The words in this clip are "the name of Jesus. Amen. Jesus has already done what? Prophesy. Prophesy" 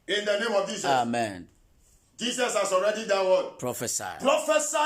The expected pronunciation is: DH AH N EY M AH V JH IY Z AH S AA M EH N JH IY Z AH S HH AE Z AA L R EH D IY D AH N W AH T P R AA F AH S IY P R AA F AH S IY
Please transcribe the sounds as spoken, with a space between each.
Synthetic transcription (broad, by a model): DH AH N EY M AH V JH IY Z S AA M EH N JH IY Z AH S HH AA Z AA L R EH D IY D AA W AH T P R AA F AH S IY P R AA F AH S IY